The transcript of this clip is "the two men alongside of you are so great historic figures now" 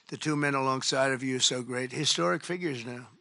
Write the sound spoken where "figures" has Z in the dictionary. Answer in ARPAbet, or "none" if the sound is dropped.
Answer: Z